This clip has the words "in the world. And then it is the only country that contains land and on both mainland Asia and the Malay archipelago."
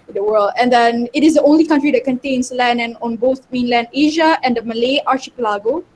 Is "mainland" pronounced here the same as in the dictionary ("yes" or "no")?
yes